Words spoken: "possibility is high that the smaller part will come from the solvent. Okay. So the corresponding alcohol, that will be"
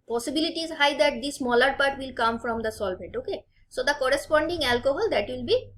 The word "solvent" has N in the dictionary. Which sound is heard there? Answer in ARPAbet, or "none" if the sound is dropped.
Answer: none